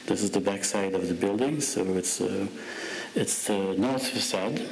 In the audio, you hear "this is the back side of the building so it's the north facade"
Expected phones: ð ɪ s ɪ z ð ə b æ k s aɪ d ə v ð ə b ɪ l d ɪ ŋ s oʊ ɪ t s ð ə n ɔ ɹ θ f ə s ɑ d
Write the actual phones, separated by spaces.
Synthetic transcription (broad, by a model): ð ɪ s ɪ z ð ə b æ k s aɪ d ə v ð ə b ɪ l d ɪ ŋ s oʊ ɪ t s ð ə n ɔ ɹ θ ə s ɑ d